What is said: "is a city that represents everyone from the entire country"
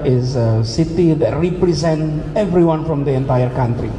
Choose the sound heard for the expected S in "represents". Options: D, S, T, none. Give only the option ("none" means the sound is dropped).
none